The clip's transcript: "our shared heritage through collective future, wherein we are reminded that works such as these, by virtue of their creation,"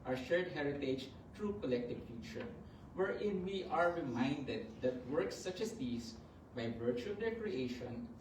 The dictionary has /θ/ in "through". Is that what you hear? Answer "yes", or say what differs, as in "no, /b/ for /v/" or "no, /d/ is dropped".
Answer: no, /t/ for /θ/